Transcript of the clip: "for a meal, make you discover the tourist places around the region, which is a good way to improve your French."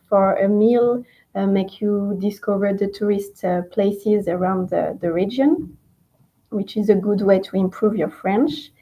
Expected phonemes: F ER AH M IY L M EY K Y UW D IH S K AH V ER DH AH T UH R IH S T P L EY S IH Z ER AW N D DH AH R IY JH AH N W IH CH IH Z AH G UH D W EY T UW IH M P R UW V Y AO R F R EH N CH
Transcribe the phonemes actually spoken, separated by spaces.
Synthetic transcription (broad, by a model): F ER AH M IY L M EY K Y UW D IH S K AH V ER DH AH T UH R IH S T P L EY S IH Z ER AW N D DH AH R IY JH AH N W IH CH IH Z AH G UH D W EY T UW IH M P R UW V Y AO R F R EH N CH